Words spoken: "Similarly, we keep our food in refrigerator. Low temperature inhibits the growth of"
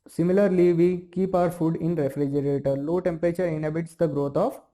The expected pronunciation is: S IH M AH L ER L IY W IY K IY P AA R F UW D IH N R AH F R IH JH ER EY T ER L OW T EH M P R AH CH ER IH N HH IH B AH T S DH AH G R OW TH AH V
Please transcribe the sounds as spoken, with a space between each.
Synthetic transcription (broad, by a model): S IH M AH L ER L IY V IY K IY P AA R F UW D IH N R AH F R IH JH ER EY T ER L OW T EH M P R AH CH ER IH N HH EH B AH T S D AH G R OW T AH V